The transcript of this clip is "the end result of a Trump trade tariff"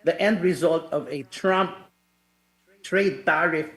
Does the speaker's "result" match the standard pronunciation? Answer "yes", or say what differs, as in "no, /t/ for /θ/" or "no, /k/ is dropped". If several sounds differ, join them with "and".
yes